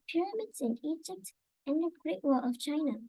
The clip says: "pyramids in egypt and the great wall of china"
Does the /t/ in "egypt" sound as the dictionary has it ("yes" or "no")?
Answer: yes